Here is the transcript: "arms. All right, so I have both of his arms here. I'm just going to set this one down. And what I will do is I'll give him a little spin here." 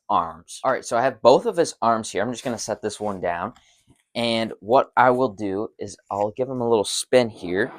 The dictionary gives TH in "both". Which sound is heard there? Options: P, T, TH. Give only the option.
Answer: TH